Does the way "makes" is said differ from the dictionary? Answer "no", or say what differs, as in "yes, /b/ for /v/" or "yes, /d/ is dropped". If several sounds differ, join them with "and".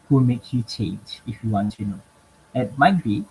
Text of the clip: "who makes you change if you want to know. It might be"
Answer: yes, /s/ is dropped